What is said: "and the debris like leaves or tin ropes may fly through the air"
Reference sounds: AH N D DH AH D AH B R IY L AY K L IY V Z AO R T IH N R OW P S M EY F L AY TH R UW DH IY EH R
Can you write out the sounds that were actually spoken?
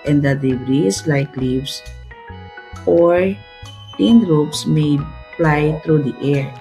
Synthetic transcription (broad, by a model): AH N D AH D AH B R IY L AY K L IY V S AO R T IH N R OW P S M EY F L AY T R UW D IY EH R